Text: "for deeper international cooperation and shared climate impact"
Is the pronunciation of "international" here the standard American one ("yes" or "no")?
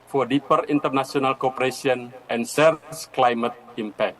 no